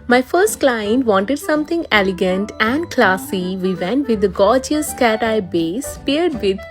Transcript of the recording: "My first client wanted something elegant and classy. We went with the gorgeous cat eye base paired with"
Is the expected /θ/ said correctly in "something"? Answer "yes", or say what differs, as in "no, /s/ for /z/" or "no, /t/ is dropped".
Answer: no, /t/ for /θ/